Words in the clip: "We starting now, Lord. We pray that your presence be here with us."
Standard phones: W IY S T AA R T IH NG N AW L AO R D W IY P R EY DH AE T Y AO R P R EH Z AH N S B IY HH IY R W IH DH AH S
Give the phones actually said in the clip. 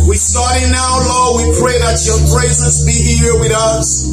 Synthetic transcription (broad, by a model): W IY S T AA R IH N AW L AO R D W IY P R EY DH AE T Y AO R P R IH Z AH S B IY HH IY R W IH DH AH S